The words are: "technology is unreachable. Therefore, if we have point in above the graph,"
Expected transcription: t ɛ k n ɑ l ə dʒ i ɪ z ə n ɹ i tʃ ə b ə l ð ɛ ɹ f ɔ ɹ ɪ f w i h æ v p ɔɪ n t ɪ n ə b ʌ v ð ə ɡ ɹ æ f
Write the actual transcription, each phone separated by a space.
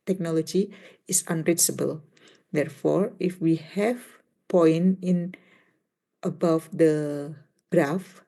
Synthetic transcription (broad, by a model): t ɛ k n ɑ l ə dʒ i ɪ s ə n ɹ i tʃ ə b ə l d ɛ ɹ f ɔ ɹ ɪ f w i h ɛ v p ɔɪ n ɪ n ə b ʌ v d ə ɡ ɹ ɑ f